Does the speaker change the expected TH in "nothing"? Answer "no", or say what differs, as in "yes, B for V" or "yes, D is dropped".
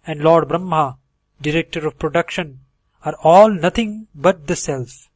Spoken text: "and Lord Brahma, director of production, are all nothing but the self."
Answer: yes, T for TH